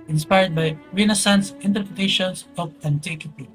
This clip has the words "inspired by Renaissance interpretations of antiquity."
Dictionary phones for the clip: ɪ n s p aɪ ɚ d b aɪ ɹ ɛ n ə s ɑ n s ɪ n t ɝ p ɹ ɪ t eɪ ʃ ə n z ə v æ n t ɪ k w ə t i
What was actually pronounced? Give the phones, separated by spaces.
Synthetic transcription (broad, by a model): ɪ n s p aɪ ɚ d b aɪ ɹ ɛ n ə s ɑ n s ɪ n t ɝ p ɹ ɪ t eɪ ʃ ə n s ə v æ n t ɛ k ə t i